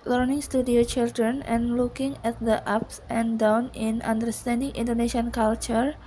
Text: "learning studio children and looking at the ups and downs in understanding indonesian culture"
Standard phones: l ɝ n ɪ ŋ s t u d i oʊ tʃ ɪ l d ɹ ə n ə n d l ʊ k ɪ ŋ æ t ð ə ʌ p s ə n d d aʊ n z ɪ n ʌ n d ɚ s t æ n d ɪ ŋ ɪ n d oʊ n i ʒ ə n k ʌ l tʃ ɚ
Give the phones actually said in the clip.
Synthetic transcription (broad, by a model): l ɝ n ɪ ŋ s t u d i oʊ tʃ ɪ l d ɹ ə n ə n l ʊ k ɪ ŋ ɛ t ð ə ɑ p s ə n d d aʊ n ɪ n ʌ n d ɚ s t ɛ n d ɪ ŋ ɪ n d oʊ n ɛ ʃ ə n k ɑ l tʃ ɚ